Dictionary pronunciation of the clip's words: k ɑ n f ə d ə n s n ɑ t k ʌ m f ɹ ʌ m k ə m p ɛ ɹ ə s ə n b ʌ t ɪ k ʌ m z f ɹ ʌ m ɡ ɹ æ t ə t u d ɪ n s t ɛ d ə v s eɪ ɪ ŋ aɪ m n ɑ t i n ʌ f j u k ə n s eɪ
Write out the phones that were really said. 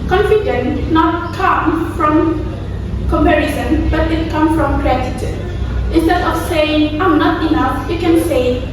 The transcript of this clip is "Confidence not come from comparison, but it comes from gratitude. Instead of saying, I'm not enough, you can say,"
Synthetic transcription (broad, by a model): k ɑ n f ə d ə n n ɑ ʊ k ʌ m f ɹ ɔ m k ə m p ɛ ɹ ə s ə n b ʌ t ɪ k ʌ m f ɹ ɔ m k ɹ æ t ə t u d ɪ n s t ɛ d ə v s eɪ ɪ ŋ aɪ m n ɑ t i n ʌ f j u k ə n s eɪ